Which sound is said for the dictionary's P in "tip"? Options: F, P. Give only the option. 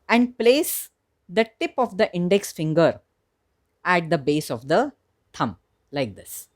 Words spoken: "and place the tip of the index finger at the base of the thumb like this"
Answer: P